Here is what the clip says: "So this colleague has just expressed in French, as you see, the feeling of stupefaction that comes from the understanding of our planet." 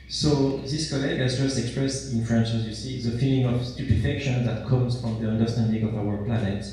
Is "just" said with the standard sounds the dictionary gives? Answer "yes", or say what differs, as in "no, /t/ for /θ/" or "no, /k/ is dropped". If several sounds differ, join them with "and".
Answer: yes